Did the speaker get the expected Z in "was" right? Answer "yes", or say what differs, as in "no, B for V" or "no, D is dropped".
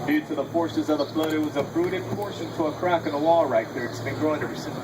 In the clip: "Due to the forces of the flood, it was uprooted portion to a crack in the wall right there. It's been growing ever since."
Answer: yes